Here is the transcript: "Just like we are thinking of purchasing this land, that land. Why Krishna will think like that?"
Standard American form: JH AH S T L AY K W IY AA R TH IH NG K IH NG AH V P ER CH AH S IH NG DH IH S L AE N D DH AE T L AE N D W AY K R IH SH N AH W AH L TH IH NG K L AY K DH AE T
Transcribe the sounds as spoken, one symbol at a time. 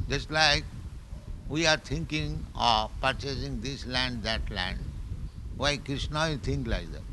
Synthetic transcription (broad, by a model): JH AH S T L AY K W IY AA R T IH NG K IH NG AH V P ER CH AH S IH NG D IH S L AE N D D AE T L AE N D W AY K R IH SH N AH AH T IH NG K L AY K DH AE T